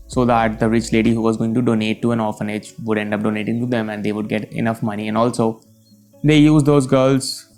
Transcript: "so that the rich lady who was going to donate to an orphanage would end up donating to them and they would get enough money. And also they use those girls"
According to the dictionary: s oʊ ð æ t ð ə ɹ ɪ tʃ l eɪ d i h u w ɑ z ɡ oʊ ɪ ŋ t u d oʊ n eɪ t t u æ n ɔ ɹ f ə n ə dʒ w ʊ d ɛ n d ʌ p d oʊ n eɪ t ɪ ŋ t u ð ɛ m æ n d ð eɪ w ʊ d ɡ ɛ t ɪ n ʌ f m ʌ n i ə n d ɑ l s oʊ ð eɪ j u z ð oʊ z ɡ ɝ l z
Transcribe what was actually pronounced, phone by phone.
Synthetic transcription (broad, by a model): s oʊ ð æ t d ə ɹ ɪ tʃ l eɪ d i h u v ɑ z ɡ oʊ ɪ ŋ t u d oʊ n eɪ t t u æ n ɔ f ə n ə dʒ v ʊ d ɛ n d ʌ p d oʊ n eɪ t ɪ ŋ t u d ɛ m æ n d eɪ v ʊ d ɡ ɛ t ɪ n ʌ f m ʌ n i ə n d ɑ l s oʊ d eɪ j u z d oʊ z ɡ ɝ l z